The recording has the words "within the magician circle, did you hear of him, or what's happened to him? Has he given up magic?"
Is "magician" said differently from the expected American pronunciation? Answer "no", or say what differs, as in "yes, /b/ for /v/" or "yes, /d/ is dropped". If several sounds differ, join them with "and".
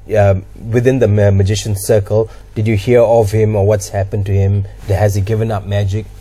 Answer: no